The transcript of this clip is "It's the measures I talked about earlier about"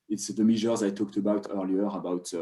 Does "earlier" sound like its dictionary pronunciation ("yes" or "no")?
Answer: yes